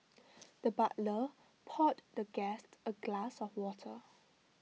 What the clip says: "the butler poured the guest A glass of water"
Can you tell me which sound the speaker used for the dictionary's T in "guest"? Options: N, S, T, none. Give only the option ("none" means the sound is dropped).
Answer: T